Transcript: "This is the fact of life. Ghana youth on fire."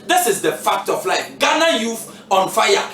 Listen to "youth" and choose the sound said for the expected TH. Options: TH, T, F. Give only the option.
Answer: F